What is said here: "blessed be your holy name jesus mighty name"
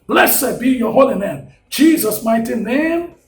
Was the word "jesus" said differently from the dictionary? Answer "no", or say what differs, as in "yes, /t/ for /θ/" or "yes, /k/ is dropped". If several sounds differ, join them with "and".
no